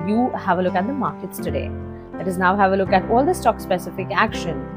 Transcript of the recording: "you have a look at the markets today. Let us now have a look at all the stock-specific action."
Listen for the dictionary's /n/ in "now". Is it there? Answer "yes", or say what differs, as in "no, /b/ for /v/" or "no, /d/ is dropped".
yes